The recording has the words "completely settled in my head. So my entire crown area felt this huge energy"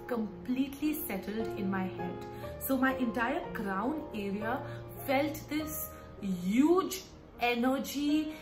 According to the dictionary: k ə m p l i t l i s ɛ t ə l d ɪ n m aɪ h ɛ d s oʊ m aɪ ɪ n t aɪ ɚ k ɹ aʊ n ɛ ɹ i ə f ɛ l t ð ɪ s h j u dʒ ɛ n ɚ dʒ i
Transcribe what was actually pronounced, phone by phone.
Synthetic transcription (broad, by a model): k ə m p l i t l i s ɛ t ə l d ɪ n m aɪ h ɛ d s oʊ m aɪ ɪ n t aɪ ɚ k ɹ aʊ n ɛ ɹ i ə f ɛ l t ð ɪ s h j u dʒ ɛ n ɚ dʒ i